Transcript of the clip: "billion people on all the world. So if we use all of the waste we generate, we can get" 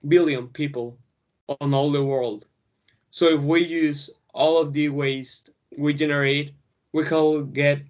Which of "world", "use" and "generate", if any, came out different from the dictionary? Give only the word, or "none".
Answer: none